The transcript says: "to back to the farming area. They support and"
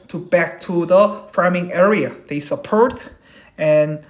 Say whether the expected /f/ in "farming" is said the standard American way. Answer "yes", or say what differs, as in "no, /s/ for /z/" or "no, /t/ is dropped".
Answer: yes